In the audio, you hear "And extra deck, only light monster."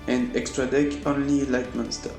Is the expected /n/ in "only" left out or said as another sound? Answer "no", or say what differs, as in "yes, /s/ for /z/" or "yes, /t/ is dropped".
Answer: no